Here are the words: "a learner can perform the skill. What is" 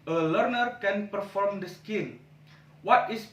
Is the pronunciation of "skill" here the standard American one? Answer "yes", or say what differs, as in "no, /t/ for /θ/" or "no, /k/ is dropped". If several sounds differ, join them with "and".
no, /n/ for /l/